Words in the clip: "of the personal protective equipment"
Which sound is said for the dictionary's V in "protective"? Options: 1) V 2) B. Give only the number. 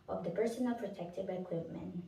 2